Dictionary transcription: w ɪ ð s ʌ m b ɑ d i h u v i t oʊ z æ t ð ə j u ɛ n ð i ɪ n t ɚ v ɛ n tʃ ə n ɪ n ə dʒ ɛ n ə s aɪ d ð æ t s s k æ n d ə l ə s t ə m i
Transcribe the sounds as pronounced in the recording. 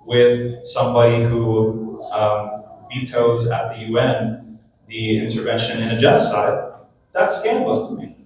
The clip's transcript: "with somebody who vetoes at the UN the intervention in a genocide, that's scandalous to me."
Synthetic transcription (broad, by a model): w ɪ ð s ʌ m b ɑ d i h u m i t oʊ z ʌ t ð ə j u ɛ n ð i ɪ n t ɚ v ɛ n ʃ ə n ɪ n ə dʒ ɛ n ə s aɪ d ð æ t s s k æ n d l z t ə m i